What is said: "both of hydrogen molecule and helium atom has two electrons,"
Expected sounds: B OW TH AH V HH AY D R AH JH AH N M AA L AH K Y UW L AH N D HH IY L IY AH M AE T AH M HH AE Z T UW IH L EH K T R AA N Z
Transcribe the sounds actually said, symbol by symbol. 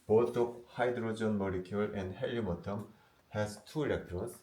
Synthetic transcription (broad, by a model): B OW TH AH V HH AY D R AH JH AH N M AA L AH K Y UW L AH N D HH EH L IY M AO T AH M HH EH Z T UW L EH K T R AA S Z